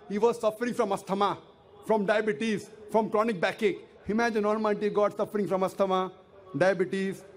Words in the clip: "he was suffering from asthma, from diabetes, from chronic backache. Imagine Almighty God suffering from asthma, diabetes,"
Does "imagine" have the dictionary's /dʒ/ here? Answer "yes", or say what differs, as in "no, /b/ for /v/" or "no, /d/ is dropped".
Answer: yes